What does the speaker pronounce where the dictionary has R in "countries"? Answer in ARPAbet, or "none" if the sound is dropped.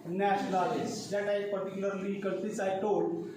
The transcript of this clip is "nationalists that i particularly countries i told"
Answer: none